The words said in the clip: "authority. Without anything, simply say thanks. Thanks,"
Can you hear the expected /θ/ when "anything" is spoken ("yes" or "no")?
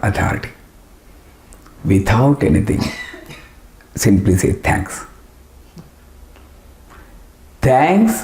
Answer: no